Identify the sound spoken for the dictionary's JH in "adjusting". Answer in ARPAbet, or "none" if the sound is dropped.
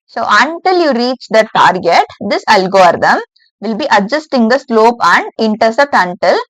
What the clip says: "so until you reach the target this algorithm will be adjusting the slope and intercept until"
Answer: JH